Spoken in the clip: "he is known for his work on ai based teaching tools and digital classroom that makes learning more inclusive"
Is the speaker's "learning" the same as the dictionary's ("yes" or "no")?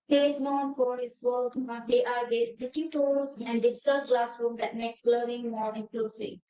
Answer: no